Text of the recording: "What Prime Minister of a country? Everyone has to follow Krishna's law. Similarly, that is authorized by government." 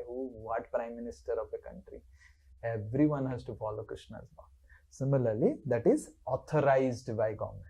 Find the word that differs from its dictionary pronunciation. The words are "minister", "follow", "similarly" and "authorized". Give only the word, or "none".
authorized